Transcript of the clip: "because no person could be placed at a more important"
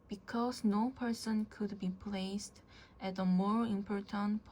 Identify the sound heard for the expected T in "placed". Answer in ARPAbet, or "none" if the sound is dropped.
T